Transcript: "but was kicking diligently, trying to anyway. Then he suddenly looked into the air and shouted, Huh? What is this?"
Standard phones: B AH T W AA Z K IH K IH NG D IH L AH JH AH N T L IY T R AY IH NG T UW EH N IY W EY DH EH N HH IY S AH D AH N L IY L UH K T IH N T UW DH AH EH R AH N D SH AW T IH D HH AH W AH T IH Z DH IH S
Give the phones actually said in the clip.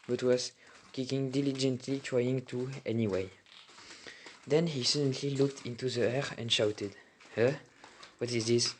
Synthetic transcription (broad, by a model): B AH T W AA Z K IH K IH NG D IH L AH JH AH N T L IY T R AY IH NG T UW EH N IY W EY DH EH N HH IY S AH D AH N L IY L UH K T IH N T UW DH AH EH R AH N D SH AW T IH D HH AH W AH T IH Z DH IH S